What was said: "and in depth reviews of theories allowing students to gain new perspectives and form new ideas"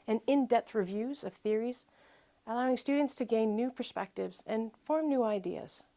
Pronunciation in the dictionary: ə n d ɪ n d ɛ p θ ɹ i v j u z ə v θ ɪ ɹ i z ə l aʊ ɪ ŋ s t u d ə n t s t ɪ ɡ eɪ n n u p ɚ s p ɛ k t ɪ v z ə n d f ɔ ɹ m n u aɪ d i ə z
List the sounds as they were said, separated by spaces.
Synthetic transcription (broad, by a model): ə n ɪ n d ɛ p θ ɹ i v j u z ə v θ ɪ ɹ i z ə l aʊ ɪ ŋ s t u d n t s t ɪ ɡ eɪ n n u p ɚ s p ɛ k t ɪ v z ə n f ɔ ɹ m n u aɪ d i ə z